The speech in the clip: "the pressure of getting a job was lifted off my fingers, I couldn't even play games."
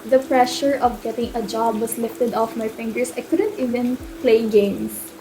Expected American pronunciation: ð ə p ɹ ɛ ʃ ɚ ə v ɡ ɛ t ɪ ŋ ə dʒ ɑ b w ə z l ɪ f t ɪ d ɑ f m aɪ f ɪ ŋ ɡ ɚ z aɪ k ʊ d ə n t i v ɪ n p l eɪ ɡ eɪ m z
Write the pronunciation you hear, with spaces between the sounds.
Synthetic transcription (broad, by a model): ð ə p ɹ ɛ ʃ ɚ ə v ɡ ɛ t ɪ ŋ ə dʒ ɑ b w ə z l ɪ f t ɪ d ɑ f m aɪ f ɪ ŋ ɡ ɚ s aɪ k ʊ d ə n t i v ɪ n p l eɪ ɡ eɪ m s